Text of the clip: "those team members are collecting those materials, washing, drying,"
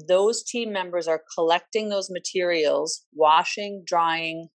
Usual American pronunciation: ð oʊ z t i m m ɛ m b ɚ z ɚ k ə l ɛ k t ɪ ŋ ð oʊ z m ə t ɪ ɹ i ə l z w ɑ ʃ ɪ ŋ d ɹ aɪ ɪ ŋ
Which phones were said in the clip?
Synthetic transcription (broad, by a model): ð oʊ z t i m m ɛ m b ɚ z ɚ k ə l ɛ k t ɪ ŋ ð oʊ z m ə t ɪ ɹ i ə l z w ɑ ʃ ɪ ŋ d ɹ aɪ ɪ ŋ